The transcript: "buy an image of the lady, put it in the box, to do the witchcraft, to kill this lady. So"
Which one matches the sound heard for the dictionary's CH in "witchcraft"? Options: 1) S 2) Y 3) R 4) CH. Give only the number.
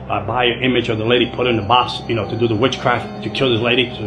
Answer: 4